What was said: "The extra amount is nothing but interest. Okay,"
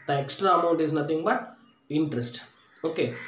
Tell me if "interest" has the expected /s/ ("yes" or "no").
yes